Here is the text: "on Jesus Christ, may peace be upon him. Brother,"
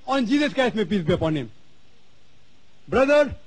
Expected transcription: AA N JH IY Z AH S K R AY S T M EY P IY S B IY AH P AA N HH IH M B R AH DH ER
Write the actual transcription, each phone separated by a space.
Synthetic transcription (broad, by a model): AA N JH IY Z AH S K AY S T M EY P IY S B IY AH P AA N HH IH M B R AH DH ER